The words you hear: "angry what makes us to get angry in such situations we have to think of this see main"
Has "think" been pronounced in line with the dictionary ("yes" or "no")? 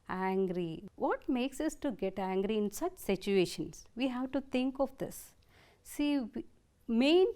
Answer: no